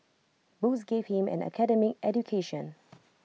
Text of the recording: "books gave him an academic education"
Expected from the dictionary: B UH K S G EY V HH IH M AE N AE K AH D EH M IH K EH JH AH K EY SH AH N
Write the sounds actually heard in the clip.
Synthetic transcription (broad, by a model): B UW S G EY V HH IH M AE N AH K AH D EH M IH K EH JH AH K EY SH AH N